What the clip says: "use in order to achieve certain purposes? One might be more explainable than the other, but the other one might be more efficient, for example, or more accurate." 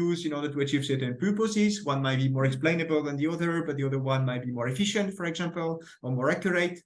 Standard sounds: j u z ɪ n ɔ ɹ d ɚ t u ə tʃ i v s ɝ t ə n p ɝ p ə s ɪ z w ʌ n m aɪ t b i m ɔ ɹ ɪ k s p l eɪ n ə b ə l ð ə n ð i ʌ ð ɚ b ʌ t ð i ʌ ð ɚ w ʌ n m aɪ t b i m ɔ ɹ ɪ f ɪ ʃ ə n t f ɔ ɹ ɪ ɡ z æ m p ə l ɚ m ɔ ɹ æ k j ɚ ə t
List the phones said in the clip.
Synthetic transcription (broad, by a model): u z ɪ n ɔ ɹ d ɚ t u ə tʃ i v s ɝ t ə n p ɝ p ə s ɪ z w ʌ n m aɪ t b i m ɔ ɹ ɪ k s p l eɪ n ə b ə l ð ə n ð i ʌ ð ɚ b ʌ t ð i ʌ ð ɚ w ʌ n m aɪ t b i m ɔ ɹ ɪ f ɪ ʃ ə n t f ɔ ɹ ɪ ɡ z æ m p ə l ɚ m ɔ ɹ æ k j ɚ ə t